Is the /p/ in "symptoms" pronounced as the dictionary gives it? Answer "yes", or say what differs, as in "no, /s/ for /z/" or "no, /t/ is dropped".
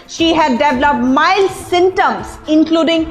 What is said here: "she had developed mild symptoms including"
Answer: no, /p/ is dropped